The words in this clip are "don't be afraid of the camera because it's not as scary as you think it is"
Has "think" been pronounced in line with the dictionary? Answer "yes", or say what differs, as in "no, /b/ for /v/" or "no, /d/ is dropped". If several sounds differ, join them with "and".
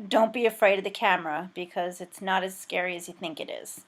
yes